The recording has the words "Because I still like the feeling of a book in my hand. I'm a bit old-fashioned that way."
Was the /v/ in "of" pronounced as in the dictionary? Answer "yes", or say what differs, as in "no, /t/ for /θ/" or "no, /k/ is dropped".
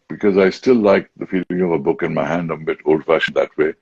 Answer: yes